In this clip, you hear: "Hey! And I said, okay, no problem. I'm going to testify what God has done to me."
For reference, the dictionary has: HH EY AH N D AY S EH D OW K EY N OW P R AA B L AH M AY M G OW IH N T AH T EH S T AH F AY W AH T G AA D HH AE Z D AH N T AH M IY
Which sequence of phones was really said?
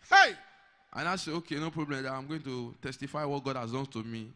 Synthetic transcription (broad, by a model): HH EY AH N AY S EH OW K EY N OW P R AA B L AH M AY M G OW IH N T AH T EH S T AH F AY W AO T G AA D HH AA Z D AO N T AH M IY